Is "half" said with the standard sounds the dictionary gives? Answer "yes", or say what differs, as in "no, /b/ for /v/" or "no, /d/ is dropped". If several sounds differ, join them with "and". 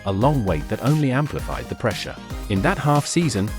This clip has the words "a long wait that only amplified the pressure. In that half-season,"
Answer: yes